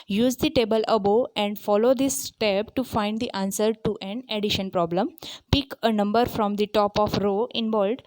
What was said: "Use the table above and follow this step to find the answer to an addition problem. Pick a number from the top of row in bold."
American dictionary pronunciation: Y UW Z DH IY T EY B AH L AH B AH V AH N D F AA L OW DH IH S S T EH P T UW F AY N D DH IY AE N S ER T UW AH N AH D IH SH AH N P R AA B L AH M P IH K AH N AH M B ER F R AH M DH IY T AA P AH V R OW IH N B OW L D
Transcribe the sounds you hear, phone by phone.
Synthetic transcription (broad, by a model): Y UW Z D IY T EY B AH L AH B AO AH N D F AA L OW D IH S S T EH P T UW F AY N D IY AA N S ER T UW AH N AH D IH SH AH N P R AA B L AH M P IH K AH N AH M B ER F R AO M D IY T AA P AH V R OW IH N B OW L D